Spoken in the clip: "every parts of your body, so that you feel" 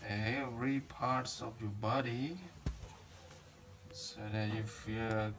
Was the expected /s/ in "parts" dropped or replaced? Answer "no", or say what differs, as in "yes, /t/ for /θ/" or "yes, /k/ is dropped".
no